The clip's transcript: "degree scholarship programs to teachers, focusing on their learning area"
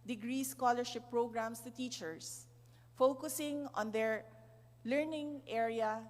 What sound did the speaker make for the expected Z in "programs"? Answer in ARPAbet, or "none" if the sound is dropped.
S